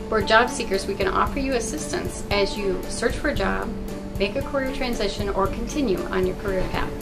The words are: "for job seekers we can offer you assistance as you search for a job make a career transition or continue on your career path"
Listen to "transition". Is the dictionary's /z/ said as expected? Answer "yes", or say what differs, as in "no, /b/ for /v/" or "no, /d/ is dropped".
yes